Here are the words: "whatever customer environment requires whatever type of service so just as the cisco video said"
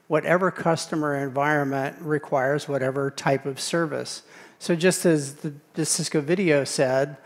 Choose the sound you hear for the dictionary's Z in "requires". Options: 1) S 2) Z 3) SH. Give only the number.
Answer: 2